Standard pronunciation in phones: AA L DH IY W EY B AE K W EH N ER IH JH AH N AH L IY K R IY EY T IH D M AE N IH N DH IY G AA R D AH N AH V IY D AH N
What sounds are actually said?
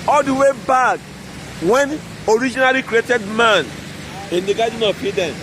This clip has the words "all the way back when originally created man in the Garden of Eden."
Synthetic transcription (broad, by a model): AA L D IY W EY B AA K W EH N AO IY JH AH N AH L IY K R IY EY T IH D M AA N IH N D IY G AA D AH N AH P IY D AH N